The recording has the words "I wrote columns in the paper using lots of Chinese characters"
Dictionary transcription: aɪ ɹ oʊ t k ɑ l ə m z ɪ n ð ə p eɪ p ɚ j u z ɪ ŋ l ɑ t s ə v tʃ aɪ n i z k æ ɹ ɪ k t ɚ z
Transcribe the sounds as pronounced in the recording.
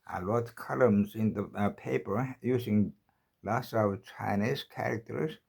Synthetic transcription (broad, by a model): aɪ l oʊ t k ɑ l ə m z ɪ n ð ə p eɪ p ɚ j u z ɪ ŋ l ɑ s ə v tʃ aɪ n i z k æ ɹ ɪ k t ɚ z